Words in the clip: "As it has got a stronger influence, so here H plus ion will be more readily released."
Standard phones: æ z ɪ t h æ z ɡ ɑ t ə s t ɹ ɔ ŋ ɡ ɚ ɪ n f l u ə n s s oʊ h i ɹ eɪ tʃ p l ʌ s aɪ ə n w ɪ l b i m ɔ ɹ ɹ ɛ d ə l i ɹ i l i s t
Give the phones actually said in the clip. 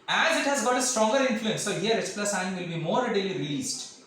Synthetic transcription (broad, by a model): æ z ɪ t h æ z ɡ ɑ t ə s t ɹ ɔ ŋ ɡ ɚ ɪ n f l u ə n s s oʊ h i ɹ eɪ s p l ʌ s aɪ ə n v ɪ l b i m ɔ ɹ ɹ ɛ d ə l i ɹ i l i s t